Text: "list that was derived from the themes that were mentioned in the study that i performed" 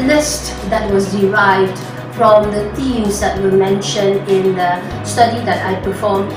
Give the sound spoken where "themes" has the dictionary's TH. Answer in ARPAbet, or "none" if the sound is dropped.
T